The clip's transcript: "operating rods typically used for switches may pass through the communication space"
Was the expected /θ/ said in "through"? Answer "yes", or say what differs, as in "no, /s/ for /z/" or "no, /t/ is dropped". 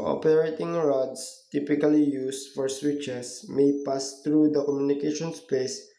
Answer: no, /t/ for /θ/